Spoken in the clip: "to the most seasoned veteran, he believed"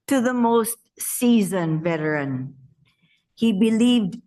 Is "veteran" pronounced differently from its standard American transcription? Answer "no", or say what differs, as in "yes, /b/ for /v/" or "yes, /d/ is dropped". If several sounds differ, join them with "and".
no